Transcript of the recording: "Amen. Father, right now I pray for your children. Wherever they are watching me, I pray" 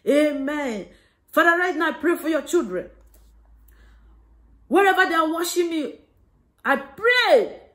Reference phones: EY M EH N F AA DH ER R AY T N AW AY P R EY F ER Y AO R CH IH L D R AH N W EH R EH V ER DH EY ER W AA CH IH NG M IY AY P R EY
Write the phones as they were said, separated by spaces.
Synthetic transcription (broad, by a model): EY M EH N F AA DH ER R AY T N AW AY P R EY F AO Y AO CH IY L D R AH N W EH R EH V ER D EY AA W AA SH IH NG M IY AY P R EY